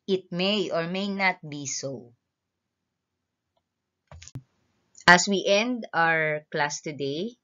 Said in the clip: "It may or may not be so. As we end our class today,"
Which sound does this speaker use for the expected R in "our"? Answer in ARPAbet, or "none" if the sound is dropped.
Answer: R